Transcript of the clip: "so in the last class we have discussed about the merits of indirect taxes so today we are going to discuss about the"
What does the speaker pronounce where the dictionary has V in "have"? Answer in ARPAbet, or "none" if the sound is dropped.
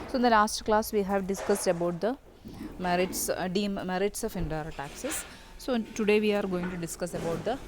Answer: V